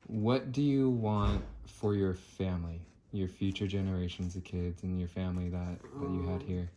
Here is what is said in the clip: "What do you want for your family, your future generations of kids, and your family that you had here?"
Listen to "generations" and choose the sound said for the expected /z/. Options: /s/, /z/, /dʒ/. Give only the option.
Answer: /z/